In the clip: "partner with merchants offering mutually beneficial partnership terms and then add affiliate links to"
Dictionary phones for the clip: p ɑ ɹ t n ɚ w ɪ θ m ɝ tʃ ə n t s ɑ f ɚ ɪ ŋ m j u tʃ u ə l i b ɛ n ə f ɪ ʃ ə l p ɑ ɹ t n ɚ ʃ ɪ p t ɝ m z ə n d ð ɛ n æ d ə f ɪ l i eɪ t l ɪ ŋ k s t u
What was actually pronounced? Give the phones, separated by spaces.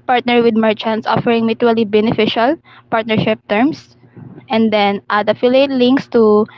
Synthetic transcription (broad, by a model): p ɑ ɹ t n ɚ w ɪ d m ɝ tʃ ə n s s ɑ f ɚ ɪ ŋ m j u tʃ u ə l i b ɛ n ə f ɪ ʃ ə l p ɑ ɹ t n ɚ ʃ ɪ p t ɝ m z ə n d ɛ n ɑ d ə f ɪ l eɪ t l ɪ ŋ k s t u